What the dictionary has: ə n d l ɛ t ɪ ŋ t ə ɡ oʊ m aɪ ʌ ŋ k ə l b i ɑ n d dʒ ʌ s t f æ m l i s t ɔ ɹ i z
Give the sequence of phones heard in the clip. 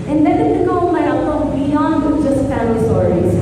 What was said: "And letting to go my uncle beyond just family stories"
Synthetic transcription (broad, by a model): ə n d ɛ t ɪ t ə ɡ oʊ m aɪ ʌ k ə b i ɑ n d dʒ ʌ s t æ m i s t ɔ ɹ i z